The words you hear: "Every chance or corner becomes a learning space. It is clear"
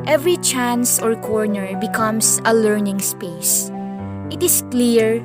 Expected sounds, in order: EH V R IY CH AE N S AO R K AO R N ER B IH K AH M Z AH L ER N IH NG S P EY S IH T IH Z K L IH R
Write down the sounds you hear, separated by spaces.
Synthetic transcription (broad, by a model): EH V R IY CH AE N S AO R K AO R N ER B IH K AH M S AH L ER N IH NG S P EY S IH T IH S K L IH R